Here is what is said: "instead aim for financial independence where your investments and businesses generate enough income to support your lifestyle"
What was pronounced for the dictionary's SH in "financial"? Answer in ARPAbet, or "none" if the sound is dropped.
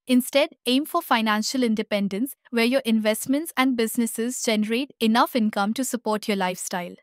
SH